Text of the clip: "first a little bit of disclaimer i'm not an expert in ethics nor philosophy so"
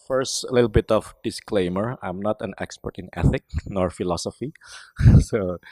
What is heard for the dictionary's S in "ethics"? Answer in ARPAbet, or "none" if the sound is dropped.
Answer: none